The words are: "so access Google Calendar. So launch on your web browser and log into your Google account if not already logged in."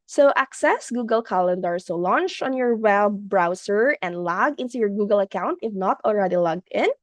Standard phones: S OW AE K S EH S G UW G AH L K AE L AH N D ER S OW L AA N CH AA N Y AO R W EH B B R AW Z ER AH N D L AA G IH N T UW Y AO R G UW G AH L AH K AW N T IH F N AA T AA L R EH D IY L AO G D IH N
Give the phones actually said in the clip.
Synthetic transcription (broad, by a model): S OW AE K S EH S G UW G AH L K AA L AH N D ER S OW L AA N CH AA N Y AO R W EH B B R AW S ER AH N D L AA G IH N T UW Y AO R G UW G AH L AH K AW N T IH F N AA T AA L R EH D IY L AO G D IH N